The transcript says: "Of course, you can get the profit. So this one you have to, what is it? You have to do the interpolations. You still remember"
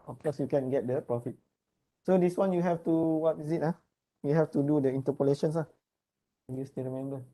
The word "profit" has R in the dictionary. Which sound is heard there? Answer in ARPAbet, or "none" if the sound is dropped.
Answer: none